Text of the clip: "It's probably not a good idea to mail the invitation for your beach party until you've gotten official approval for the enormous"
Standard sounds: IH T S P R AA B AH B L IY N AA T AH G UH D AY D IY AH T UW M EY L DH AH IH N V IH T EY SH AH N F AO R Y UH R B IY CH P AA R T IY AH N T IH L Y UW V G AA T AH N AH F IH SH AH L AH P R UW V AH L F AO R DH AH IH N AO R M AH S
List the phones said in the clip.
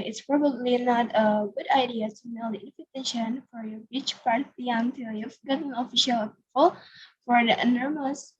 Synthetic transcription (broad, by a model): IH T S P R AA B AH B L IY N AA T AH G UH D AY D IY AH T UW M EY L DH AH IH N F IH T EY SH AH N F AO R Y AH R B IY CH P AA R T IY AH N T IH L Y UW F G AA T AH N AH F IH SH AH L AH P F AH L F AO R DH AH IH N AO R M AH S